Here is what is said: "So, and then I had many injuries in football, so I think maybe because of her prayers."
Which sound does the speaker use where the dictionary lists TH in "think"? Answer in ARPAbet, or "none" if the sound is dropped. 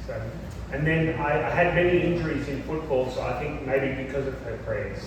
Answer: TH